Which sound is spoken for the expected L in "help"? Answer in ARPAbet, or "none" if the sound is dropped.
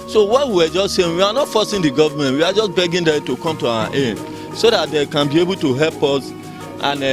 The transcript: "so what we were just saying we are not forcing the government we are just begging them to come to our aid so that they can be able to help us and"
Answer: L